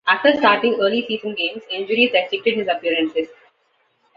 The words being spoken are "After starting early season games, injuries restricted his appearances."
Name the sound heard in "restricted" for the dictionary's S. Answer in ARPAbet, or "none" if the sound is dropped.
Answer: none